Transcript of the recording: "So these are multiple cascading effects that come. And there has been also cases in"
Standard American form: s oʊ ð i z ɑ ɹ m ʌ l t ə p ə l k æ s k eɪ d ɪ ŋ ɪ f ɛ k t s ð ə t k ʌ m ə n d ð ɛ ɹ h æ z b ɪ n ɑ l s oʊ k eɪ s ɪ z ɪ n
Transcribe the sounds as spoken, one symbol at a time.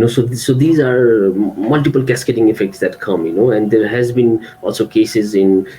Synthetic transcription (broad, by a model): s oʊ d i z ɑ ɹ m ʌ l t ə p ə l k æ s k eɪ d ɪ ŋ ɪ f ɛ k t s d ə t k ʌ m ə n d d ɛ ɹ h æ z b ɪ n ɑ l s oʊ k eɪ s ɪ z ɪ n